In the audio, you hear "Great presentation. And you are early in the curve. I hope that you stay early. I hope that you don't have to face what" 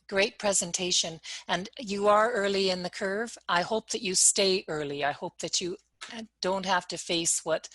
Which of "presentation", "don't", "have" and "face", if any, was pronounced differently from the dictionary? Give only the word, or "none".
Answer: have